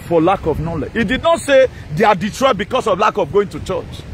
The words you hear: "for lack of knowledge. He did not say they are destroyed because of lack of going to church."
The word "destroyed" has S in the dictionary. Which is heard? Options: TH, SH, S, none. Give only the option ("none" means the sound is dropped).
none